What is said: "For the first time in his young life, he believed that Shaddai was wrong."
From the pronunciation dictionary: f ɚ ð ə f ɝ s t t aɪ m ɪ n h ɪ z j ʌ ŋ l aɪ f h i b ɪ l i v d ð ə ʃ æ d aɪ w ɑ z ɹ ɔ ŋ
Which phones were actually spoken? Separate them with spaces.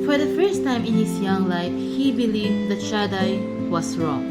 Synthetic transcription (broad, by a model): f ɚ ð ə f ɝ s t t aɪ m ɪ n h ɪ s j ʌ ŋ l aɪ f h i b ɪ l i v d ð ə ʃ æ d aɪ w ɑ s ɹ ɔ ŋ